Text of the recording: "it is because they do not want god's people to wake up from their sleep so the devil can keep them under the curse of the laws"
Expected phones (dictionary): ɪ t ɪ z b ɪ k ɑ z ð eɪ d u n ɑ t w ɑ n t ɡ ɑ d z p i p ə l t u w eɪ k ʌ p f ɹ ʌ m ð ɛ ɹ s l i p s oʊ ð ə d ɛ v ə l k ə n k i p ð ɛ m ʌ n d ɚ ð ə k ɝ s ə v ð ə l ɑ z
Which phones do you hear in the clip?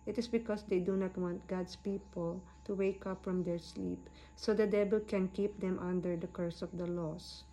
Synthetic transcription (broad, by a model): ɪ t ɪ s b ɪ k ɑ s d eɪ d u n ɑ t w ɑ n t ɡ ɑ d s p i p ə l t u w eɪ k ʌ p f ɹ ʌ m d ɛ ɹ s l i p s oʊ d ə d ɛ b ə l k ə n k i p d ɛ m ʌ n d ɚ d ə k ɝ s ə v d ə l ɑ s